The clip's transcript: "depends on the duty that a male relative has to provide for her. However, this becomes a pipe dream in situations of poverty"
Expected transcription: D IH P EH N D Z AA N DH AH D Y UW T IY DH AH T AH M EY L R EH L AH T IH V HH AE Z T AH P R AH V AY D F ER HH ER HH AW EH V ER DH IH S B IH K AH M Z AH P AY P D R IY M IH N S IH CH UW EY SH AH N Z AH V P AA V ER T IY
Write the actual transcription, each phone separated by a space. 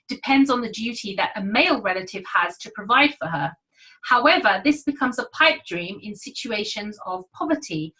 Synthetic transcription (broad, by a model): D IH P EH N D Z N DH AH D Y UW T IY DH AH T AH M EY L R EH L AH T IH V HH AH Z T AH P R AH V AY D F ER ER HH AW EH V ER DH IH S B IH K AH M Z AH P AY P D R IY M IH N S IH CH UW EY SH AH N Z AH V P AA V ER T IY